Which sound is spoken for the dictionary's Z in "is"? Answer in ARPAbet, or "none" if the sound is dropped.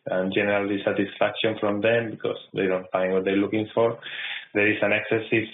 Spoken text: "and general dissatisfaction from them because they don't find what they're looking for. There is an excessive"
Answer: S